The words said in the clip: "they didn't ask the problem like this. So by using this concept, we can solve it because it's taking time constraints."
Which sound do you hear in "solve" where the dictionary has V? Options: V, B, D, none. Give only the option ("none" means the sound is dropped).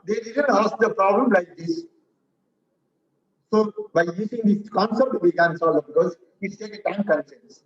none